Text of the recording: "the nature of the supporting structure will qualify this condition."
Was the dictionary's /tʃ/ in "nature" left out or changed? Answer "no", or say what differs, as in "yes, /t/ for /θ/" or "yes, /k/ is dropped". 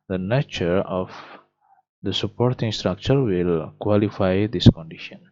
no